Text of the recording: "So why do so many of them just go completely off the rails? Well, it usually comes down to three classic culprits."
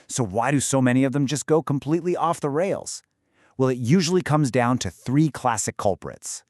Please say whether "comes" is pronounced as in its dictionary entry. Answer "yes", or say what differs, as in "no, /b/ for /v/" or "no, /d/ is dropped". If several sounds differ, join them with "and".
yes